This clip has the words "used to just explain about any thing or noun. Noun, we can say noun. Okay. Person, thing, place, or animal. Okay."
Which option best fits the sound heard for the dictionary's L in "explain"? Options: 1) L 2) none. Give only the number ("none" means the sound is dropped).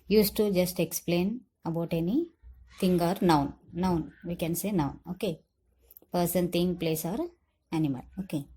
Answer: 1